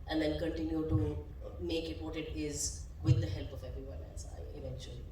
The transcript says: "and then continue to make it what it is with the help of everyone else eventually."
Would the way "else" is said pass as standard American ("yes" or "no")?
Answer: no